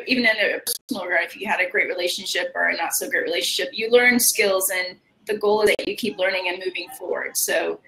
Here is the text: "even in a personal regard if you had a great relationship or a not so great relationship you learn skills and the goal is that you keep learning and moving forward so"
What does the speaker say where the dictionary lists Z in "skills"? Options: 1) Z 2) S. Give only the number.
1